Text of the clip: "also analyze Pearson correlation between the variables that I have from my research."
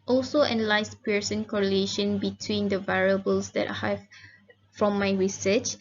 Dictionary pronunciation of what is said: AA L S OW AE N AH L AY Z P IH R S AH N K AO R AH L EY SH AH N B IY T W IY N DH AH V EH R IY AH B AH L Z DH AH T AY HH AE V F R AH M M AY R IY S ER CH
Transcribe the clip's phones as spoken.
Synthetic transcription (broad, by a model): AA L S OW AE N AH L AY S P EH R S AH N K AO R AH L EY SH AH N B IY T W IY N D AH V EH R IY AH B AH L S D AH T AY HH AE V F R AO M M AY R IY S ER CH